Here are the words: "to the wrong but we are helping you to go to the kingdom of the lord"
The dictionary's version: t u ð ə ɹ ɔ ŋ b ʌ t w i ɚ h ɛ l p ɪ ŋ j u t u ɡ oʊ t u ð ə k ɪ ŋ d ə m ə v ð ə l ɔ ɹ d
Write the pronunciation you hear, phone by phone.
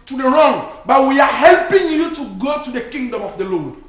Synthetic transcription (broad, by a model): t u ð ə ɹ ɔ ŋ b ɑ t w i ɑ h ɛ l p ɪ ŋ j u t u ɡ oʊ t u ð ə k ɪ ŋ d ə m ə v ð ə l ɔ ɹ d